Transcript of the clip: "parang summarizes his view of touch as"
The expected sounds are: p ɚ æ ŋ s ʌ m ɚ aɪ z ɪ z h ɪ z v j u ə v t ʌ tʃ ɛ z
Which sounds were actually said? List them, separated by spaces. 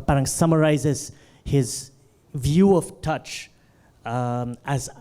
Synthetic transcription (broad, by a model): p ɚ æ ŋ s ʌ m ɚ aɪ z ɪ z h ɪ z v j u ə v t ʌ tʃ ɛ z